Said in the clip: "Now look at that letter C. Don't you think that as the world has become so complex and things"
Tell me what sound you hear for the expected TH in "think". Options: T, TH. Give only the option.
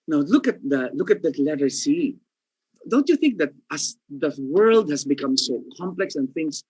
TH